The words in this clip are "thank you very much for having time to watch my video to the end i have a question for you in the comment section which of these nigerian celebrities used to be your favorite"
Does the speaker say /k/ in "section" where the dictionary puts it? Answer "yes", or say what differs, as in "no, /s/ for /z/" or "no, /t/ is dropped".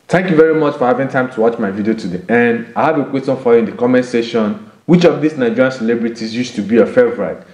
no, /k/ is dropped